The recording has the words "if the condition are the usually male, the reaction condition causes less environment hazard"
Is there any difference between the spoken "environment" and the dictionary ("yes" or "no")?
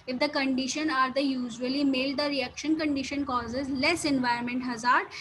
yes